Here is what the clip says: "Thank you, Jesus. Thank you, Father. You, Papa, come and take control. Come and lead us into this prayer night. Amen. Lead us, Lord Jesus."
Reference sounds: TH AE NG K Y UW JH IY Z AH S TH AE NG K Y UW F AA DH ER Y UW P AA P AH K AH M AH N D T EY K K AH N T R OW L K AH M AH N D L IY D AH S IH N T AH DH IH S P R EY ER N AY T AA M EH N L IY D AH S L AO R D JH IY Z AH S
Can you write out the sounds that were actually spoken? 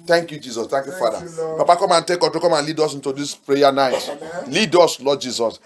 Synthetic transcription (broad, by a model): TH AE NG K Y UW JH IY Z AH S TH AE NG K Y UW F AA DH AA P AA P AH K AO M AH N T EY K K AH T OW K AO M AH N L IY D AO S IH N T AH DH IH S P R EY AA N AY T L IY D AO S L AO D JH IY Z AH S